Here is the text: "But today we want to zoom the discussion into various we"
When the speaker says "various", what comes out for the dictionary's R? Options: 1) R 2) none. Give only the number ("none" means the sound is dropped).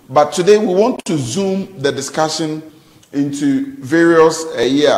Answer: 1